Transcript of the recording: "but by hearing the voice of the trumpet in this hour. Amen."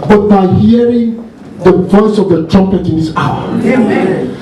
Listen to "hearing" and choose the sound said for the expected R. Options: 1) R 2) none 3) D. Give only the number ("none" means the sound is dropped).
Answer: 1